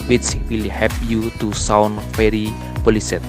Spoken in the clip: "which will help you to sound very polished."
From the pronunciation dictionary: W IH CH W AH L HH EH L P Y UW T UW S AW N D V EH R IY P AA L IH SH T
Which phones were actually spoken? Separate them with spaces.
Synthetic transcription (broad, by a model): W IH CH W AH L HH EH P Y UW T UW S AW N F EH R IY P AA L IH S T